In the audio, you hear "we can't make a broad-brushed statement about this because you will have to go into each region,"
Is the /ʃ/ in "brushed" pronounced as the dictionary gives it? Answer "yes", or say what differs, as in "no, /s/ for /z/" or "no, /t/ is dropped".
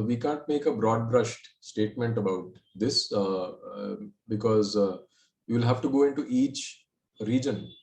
yes